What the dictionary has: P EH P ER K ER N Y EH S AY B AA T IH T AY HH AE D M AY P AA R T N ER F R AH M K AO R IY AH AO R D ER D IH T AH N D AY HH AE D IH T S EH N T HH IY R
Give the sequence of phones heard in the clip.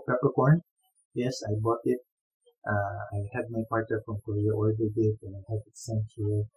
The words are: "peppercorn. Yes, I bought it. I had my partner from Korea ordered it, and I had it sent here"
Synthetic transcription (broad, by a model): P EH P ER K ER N Y EH S AY B AA T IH T AY HH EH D M AY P AA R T ER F R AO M K AO R IY AH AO L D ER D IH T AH N AY HH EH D IH T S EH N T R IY